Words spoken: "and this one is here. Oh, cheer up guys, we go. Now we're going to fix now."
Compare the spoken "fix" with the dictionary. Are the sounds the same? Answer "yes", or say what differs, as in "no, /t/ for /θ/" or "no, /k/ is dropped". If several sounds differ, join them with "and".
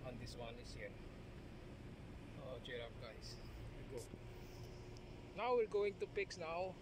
no, /p/ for /f/